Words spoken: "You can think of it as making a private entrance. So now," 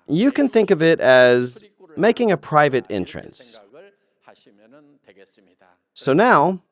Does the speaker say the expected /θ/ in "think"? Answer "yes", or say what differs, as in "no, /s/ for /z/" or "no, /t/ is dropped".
yes